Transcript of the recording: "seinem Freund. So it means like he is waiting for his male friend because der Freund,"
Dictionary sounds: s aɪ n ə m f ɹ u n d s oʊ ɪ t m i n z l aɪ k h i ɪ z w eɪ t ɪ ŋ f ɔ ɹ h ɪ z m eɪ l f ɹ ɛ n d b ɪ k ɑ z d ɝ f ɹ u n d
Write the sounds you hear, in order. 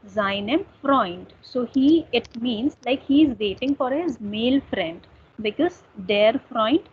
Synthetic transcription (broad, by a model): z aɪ n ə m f ɹ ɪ n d s oʊ ɪ t m i n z l aɪ k h i ɪ z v eɪ t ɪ ŋ f ɔ ɹ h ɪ z m eɪ l f ɹ ɛ n d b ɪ k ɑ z d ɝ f ɹ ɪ n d